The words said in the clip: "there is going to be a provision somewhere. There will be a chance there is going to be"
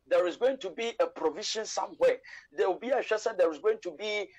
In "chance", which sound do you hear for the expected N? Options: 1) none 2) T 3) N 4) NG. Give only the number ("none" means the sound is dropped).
1